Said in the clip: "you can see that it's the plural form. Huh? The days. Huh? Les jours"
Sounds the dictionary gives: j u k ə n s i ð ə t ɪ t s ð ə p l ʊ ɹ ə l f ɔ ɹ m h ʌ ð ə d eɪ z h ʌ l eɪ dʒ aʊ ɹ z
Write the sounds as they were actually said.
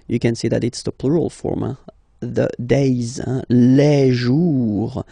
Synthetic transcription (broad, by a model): j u k ə n s i ð ə t ɪ t s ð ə p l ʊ ɹ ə l f ɔ ɹ m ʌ ð ə d eɪ z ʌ l eɪ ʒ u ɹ